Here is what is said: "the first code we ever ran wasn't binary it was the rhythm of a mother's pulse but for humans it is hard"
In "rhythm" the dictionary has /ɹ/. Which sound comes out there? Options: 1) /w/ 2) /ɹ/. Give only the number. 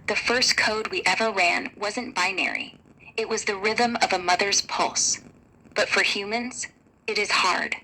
2